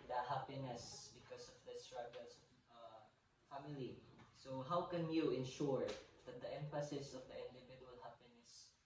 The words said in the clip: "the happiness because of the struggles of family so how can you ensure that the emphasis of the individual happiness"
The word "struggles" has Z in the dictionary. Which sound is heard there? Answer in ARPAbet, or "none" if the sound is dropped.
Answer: S